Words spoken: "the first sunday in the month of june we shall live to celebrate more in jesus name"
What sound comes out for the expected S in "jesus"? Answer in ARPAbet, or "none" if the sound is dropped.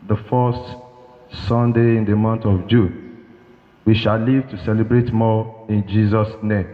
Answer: S